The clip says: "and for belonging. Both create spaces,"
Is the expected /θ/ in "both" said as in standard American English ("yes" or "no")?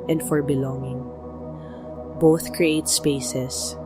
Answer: yes